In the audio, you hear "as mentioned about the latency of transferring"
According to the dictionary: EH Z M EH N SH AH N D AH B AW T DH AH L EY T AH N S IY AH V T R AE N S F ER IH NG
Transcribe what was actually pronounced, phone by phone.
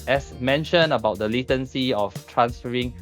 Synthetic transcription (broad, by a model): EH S M EH N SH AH N AH B AW T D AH L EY T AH N S IY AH F T R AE N S F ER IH NG